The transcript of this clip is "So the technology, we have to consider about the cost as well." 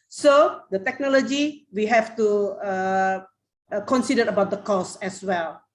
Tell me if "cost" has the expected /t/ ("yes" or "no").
no